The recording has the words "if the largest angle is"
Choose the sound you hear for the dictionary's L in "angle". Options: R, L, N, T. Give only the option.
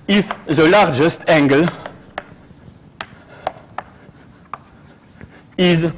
L